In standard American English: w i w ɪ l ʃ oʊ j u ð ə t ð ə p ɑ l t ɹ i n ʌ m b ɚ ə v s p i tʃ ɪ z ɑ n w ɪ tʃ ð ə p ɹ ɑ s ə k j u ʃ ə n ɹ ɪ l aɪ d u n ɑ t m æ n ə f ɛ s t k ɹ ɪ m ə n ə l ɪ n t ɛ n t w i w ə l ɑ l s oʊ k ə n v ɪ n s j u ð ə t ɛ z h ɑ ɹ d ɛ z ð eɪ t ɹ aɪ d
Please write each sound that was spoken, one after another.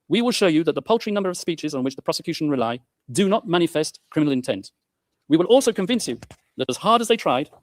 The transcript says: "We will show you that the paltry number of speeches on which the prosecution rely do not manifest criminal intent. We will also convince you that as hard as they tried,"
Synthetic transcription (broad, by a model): w i w ɪ l ʃ oʊ j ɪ ð ə t ð ə p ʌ l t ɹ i n ʌ m b ɚ ə v s p i tʃ ɪ z n w ɪ tʃ ð ə p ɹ ɑ s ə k j u ʃ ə n ɹ ɪ l aɪ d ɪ n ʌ t m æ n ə f ɛ s t k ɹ ɪ m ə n l ɪ n t ɛ n t w i w ə l ɑ l s oʊ k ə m v ɪ n s j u ð ə t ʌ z h ɑ ɹ d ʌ z ð eɪ t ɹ aɪ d